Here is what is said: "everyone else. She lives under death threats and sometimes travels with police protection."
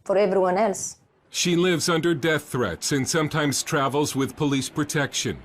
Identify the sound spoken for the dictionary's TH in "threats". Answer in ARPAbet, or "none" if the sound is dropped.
TH